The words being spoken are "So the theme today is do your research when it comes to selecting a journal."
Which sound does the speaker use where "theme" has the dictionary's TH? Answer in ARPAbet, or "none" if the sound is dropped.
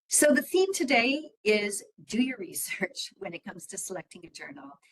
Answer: TH